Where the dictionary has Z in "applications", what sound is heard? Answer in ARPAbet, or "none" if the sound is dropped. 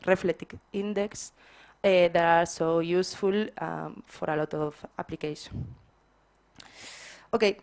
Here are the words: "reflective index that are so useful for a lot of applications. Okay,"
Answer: none